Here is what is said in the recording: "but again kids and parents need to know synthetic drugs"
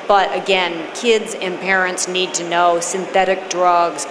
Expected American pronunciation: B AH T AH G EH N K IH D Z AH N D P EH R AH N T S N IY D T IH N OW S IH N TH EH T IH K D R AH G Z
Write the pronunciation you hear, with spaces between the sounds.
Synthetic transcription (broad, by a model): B AH T AH G EH N K IH D Z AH N P EH R AH N T S N IY D T IH N OW S IH N TH EH T IH K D R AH G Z